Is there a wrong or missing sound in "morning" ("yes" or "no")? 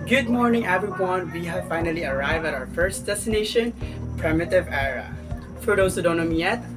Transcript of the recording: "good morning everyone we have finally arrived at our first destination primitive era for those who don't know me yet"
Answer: no